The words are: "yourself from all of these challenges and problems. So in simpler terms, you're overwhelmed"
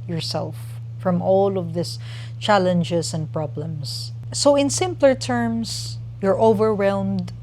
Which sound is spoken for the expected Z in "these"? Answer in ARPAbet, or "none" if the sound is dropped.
S